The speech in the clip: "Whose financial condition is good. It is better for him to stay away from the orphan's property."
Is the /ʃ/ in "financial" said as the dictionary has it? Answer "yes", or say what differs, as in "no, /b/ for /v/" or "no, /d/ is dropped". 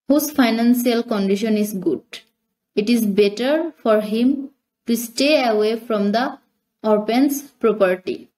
no, /s/ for /ʃ/